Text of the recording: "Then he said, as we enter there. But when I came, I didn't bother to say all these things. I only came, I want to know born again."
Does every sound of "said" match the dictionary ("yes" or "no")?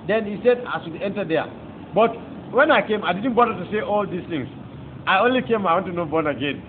yes